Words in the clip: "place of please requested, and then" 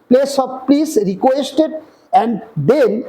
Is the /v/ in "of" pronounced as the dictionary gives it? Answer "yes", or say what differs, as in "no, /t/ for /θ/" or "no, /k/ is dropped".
no, /b/ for /v/